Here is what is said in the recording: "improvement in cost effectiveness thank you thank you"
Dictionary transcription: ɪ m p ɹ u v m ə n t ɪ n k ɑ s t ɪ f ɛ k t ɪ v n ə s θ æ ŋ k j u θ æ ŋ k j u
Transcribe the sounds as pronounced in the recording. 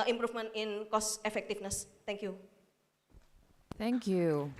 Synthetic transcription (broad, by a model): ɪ m p ɹ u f m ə n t ɪ n k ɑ s ɪ f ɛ k t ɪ f n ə s t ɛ ŋ k j u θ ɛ ŋ k j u